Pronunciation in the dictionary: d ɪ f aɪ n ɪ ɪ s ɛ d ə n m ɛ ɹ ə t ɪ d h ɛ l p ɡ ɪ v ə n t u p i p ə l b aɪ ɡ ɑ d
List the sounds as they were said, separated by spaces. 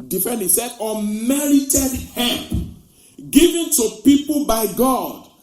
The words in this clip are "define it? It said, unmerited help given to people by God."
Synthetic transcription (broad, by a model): d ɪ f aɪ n ɪ s ɛ d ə m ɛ ɹ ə t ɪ d h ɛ p ɡ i v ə n t u p i p ə l b aɪ ɡ ɑ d